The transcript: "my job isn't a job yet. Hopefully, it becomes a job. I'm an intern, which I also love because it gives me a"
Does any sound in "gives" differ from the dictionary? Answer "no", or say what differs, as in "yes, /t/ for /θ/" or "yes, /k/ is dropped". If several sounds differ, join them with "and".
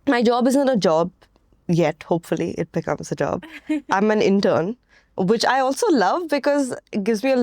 no